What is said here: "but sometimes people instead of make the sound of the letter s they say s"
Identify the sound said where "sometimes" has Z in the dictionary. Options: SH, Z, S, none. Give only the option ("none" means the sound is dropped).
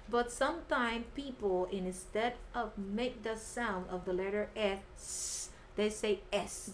none